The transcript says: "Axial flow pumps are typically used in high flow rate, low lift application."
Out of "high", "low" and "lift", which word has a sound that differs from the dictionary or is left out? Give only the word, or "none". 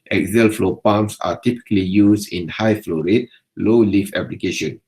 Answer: lift